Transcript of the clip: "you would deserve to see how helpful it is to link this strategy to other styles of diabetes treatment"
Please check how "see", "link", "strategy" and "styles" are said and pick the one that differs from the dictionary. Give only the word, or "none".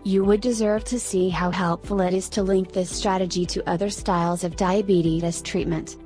none